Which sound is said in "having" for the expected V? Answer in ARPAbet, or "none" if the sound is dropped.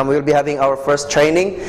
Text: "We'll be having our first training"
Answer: V